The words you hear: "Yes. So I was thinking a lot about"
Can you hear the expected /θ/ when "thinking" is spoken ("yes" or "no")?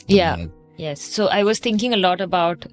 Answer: no